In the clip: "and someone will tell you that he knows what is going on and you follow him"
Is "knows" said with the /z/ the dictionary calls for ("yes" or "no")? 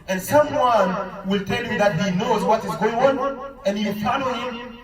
yes